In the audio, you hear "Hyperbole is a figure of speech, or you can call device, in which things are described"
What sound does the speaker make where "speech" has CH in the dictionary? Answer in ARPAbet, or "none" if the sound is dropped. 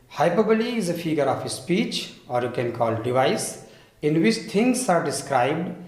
CH